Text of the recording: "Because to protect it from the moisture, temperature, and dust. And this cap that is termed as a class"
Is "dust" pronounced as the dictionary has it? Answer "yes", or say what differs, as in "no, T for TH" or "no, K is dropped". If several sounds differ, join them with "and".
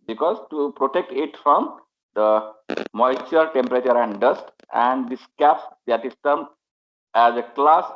yes